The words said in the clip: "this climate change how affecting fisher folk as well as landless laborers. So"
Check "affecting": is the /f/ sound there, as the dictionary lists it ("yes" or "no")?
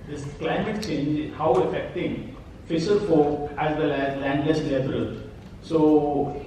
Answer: yes